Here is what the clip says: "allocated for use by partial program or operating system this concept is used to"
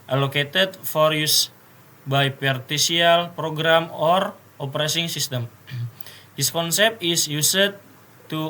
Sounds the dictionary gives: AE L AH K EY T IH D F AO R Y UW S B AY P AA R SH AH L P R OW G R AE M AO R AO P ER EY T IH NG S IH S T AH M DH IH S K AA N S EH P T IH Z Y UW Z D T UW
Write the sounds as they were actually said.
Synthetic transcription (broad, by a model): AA L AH K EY T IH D F AO R Y UW S B AY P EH R S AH L P R OW G R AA M AO R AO P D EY S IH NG S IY S T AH M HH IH S K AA N S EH P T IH S Y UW S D T UW